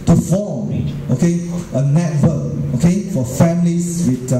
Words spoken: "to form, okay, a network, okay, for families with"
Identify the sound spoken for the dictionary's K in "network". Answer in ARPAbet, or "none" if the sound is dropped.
none